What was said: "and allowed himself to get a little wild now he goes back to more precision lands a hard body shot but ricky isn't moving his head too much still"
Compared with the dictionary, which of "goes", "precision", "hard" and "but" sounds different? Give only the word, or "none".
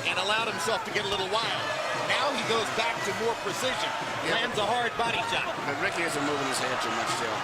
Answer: none